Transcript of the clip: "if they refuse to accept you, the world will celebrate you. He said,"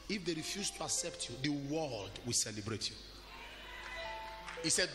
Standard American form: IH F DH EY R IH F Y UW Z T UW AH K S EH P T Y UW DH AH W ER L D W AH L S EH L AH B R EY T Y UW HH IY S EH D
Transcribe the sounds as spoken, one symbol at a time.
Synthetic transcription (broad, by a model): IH F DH EY R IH F Y UW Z T UW AH K S EH P T Y UW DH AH W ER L D W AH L S EH L AH B R EY T Y UW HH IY S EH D